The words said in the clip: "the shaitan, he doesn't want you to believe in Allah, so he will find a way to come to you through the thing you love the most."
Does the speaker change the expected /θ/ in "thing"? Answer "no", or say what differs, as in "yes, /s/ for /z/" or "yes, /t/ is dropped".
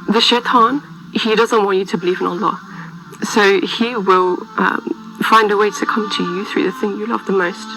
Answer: no